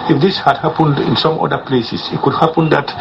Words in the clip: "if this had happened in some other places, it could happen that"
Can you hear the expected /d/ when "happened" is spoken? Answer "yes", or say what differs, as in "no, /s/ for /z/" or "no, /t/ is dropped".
yes